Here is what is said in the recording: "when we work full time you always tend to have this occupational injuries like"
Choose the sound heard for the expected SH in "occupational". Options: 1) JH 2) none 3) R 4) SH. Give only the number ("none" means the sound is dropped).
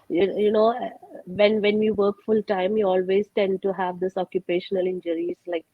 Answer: 4